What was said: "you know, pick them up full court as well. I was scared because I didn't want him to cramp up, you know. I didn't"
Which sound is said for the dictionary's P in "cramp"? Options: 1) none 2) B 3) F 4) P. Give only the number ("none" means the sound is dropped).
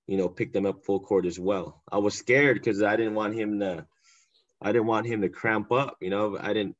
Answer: 4